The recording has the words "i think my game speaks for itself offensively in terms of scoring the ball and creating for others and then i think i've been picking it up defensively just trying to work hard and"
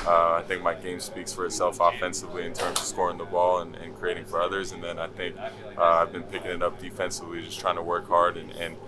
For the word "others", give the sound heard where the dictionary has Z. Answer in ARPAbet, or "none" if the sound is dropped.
Z